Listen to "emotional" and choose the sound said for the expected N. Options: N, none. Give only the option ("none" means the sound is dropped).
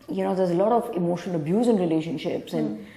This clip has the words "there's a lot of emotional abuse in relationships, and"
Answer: none